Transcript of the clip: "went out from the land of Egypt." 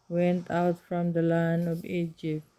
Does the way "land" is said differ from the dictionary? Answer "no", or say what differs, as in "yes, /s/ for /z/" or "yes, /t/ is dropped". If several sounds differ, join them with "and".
yes, /d/ is dropped